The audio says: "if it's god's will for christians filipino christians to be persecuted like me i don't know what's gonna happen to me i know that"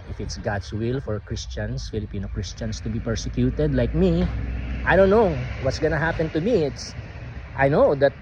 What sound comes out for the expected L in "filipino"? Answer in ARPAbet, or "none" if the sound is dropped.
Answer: L